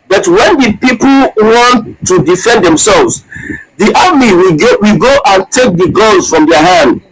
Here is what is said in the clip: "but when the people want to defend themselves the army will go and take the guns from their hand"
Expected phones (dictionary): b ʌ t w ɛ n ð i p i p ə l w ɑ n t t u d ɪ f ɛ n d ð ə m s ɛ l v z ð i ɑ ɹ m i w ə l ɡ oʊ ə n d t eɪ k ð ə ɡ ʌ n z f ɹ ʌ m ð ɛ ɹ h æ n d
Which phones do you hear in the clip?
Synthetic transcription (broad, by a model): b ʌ t w ɛ n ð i p i p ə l w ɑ n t t u d ɪ f ɛ n d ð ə m s ɛ l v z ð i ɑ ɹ m i w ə ɡ oʊ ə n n t eɪ k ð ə ɡ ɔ l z f ɹ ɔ m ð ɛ h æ n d